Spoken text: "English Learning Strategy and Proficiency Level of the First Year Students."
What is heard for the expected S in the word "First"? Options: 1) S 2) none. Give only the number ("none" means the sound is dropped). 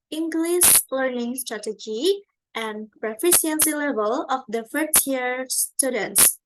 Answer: 2